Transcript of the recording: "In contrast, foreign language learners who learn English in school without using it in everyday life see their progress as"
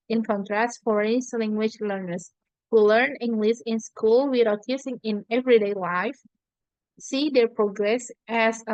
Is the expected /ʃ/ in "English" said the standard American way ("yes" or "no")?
no